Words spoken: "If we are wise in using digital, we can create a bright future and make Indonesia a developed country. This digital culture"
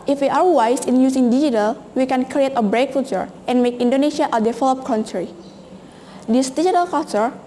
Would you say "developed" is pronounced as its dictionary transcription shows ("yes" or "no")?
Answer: no